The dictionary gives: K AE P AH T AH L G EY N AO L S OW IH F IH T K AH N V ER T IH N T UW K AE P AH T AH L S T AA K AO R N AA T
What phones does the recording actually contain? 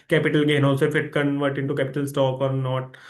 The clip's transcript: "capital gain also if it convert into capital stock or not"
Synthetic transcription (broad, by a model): K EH P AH T AH L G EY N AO S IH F IH T K AH N V ER T IH N T UW K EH P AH T AH L S T AA K AO R N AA T